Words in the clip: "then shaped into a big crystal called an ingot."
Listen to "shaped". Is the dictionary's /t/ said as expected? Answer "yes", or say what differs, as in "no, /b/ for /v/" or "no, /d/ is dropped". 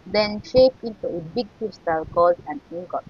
no, /t/ is dropped